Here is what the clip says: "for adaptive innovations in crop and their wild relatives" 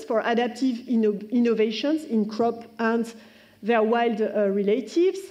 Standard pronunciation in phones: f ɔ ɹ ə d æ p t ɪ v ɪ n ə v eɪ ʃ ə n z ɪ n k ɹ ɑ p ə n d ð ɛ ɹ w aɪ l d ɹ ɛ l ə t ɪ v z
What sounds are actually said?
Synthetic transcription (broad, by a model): f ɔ ɹ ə d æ p t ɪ v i n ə v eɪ ʃ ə n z ɪ n k ɹ ɑ p ə n d ð ɛ ɹ w aɪ l d ɹ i l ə t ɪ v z